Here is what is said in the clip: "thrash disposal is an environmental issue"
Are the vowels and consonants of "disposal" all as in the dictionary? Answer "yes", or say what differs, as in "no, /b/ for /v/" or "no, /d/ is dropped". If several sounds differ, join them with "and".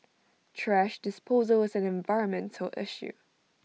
yes